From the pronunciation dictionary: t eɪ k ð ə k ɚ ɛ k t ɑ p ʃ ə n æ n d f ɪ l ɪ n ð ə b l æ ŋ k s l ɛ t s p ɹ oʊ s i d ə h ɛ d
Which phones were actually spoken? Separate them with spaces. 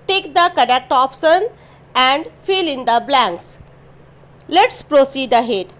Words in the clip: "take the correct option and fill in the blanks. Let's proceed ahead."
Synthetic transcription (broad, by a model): t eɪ k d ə k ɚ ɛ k t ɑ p s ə n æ n d f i l ɪ n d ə b l æ ŋ k s l ɛ t s p ɹ oʊ s i d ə h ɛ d